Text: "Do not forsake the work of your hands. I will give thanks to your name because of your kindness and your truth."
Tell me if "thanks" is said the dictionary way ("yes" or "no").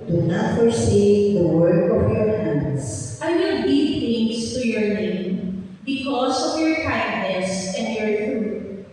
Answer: no